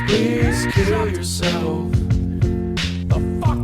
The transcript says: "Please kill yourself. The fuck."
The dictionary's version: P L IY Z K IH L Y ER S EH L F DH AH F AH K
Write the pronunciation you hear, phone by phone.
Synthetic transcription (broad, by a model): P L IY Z K IH L Y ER S EH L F DH AH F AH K